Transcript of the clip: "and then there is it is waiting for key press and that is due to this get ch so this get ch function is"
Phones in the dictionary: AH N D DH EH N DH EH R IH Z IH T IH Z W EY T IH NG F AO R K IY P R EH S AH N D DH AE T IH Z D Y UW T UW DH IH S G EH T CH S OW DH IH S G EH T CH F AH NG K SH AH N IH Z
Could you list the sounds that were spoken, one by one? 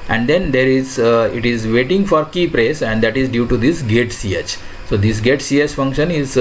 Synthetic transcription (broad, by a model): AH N D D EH N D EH R IH Z IH T IH Z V EY T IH NG F AO R K IY P R EH S AH N D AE T IH Z D Y UW T UW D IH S G EH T CH S OW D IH S G EH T CH F AH NG K SH AH N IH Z